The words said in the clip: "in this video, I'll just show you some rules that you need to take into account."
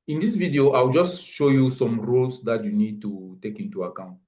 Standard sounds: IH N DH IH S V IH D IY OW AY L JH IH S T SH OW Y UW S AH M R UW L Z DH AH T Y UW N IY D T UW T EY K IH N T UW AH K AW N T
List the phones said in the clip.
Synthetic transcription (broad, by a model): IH N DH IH S V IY D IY OW AY W JH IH S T SH OW Y UW S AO M R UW L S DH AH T Y UW N IY D T UW T EY K IH N T UW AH K AW N T